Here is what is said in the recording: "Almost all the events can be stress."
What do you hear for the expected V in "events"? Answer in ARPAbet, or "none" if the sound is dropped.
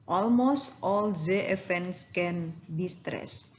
F